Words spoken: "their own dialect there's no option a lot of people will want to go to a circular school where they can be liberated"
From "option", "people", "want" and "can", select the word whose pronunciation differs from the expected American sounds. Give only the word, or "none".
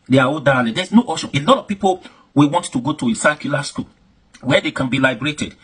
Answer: option